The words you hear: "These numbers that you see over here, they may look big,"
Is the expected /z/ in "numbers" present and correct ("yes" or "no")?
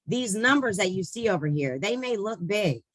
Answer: yes